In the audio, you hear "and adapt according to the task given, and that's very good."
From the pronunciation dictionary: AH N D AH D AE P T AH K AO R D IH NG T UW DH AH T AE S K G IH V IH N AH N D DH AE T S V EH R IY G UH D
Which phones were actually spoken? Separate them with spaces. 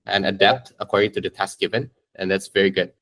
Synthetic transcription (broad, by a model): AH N AH D AE P T AH K AO R D IH NG T UW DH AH T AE S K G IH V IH N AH N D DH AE T S V EH R IY G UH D